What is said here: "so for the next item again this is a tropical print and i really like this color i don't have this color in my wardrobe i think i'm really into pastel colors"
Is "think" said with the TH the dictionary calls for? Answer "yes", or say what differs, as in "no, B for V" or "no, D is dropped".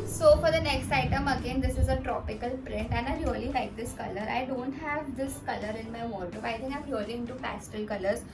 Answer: no, T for TH